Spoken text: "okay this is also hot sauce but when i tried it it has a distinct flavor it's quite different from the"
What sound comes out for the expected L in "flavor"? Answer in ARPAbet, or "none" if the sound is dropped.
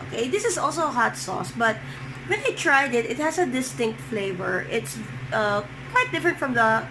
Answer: L